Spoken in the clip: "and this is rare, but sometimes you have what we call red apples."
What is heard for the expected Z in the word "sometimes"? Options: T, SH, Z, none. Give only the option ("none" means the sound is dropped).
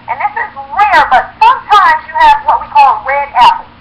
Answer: Z